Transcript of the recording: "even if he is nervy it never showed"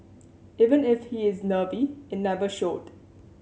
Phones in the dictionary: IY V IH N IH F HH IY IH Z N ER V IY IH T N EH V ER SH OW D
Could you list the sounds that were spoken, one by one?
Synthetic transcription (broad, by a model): IY V IH N IH F HH IY IH Z N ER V IY IH T N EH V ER SH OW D